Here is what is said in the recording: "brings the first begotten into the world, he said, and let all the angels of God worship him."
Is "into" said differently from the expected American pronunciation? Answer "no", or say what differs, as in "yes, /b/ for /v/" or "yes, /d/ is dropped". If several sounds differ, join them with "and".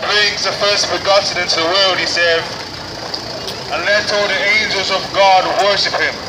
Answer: no